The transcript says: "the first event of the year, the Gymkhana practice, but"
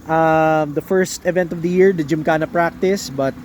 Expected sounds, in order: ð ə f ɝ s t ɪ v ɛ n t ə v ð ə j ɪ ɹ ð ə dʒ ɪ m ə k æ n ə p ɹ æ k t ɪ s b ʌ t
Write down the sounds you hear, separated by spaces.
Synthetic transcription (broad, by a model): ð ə f ɝ s t ɪ v ɛ n t ə v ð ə j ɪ ɹ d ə dʒ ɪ m k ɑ n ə p ɹ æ k t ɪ s b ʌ t